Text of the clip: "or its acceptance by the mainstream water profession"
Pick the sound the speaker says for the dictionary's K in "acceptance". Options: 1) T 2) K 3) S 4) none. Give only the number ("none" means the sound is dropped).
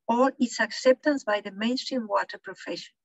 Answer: 2